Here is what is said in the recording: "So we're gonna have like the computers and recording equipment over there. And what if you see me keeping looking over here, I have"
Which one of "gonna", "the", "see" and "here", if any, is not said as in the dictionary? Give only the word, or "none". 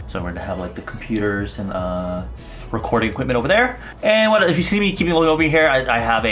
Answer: gonna